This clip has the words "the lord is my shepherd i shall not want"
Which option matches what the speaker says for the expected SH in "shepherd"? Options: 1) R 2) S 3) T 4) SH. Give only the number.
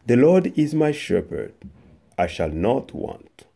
4